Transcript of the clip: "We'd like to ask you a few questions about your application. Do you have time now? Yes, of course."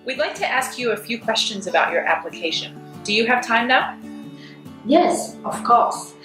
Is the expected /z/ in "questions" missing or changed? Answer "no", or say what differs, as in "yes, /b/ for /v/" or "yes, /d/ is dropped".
no